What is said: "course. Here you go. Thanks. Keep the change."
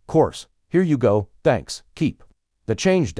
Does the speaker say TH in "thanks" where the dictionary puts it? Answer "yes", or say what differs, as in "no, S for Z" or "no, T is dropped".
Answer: yes